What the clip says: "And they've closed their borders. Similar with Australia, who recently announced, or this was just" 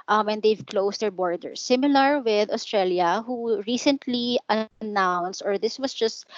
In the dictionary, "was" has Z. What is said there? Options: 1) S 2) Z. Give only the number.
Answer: 1